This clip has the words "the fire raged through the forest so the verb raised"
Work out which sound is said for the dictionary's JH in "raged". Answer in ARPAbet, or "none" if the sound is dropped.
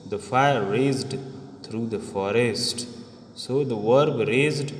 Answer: Z